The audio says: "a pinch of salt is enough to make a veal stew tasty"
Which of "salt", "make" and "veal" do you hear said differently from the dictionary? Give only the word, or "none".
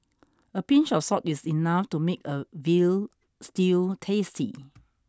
salt